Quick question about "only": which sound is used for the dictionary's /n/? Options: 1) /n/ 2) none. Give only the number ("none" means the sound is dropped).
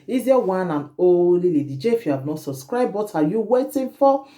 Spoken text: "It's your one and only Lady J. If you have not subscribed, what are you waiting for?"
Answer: 2